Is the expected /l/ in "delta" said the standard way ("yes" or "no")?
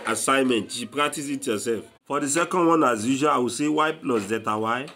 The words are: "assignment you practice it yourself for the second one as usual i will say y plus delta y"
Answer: no